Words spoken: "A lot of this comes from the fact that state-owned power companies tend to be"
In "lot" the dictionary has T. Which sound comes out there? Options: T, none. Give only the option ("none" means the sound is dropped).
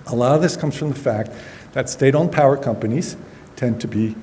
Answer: none